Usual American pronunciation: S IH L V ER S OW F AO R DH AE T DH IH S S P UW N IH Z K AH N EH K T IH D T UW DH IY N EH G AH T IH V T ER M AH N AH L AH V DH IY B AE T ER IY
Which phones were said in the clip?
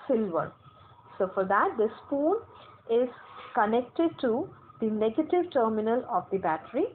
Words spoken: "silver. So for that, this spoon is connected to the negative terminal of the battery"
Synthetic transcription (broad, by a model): S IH L V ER S OW F AO R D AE T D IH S S P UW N IH Z K AH N EH K T IH D T UW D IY N EH G AH T IH V T ER M AH N AH L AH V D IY B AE T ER IY